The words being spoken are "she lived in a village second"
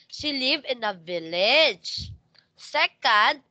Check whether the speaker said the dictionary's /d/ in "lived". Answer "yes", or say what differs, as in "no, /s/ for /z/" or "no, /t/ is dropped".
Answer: no, /d/ is dropped